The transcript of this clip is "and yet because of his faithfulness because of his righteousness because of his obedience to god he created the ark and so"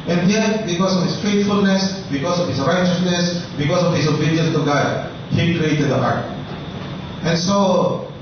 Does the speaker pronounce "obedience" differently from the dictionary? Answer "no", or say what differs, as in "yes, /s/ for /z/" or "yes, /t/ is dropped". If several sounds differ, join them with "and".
yes, /n/ is dropped